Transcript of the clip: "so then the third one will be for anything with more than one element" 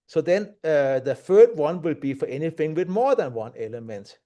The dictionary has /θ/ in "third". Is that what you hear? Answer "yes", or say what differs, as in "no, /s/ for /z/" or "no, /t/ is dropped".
no, /f/ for /θ/